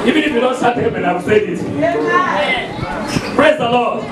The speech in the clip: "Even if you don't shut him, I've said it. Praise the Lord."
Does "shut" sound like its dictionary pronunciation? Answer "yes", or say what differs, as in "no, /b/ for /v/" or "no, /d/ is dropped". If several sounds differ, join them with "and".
no, /s/ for /ʃ/